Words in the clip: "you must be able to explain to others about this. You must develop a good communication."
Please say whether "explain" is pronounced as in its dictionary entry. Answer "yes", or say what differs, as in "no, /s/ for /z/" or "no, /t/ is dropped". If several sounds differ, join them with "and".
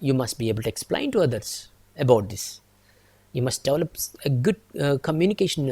yes